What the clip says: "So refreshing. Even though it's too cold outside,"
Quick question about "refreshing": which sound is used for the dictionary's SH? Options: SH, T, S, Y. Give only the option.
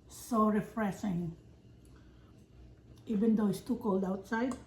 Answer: S